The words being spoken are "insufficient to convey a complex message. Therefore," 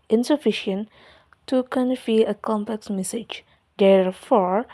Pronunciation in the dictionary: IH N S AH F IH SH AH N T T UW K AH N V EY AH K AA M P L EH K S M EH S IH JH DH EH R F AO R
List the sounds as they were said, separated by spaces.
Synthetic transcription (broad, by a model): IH N S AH F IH SH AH N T T UW K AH N F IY AH K AA M P L EH K S M EH S IH JH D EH R F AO R